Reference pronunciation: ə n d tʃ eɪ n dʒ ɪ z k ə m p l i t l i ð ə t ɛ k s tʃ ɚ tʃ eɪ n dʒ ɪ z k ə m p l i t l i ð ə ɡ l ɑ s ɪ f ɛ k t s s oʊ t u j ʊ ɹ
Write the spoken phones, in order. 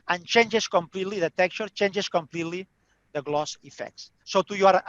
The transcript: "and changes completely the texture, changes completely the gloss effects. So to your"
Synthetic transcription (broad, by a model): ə n tʃ eɪ n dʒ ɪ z k ə m p l i t l i ð ə t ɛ k tʃ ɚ tʃ eɪ n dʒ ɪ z k ə m p l i t l i ð ə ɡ l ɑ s ɪ f ɛ k t s s oʊ t u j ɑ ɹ